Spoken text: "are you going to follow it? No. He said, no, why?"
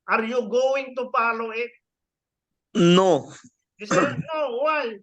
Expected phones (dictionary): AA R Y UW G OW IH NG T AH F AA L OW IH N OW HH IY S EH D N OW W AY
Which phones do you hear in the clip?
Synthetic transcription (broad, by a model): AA R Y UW G OW IH NG T AH P AA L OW IH N OW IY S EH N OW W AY